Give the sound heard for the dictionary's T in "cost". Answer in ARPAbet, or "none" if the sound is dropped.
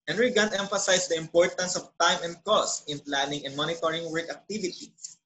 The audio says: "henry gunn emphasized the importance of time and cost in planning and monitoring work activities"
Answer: T